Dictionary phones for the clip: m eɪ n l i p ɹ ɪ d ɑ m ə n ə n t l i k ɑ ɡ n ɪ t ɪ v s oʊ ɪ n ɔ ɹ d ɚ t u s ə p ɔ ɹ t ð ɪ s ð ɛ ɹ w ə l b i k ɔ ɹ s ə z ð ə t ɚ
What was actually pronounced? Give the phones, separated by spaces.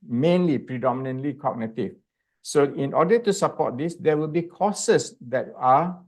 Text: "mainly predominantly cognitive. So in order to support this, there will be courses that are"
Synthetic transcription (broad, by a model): m eɪ n l i p ɹ ɪ d ɑ m ə n ə n t l i k ɑ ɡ n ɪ t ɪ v s oʊ ɪ n ɔ d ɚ t u s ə p ɔ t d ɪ s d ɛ w ə l b i k ɔ s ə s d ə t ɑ